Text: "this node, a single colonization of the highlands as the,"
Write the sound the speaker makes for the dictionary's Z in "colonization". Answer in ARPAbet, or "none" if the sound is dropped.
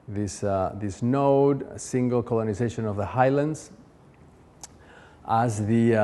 Z